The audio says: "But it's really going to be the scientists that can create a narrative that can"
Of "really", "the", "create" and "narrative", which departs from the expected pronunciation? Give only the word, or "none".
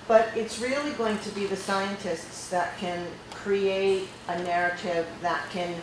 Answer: none